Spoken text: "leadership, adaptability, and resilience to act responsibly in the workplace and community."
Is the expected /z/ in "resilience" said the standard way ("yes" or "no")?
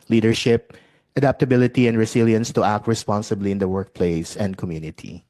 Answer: no